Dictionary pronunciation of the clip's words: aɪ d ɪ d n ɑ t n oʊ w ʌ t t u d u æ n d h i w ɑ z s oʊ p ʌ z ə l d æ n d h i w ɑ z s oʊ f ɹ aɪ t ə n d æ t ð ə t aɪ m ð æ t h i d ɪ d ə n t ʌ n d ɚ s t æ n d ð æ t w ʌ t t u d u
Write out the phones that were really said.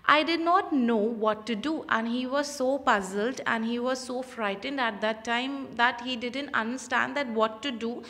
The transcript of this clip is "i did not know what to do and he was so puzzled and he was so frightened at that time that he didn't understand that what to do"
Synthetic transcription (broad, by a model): aɪ d ɪ d n ɑ t n oʊ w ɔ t t u d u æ n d h i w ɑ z s oʊ p ʌ z ə l d æ n d h i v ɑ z s oʊ f ɹ aɪ t ə n d æ t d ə t aɪ m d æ t h i d ɪ d ə n t ʌ n d ɚ s t æ n d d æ t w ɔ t t u d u